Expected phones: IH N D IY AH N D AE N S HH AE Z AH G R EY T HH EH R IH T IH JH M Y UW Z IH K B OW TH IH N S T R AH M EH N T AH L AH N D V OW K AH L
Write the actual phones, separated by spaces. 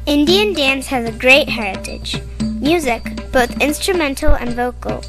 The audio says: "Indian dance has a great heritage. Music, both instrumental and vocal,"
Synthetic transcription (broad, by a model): IH N D IY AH N D AE N S HH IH Z AH G R EY T HH EH R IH T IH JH M Y UW Z IH K B OW TH IH N S T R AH M EH N T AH L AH N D V OW K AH L